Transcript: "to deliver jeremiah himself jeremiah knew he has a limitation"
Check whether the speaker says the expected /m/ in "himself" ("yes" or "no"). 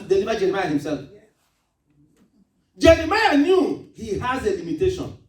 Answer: yes